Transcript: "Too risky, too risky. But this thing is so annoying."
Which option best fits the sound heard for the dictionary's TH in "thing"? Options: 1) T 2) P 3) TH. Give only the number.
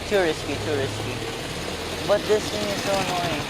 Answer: 1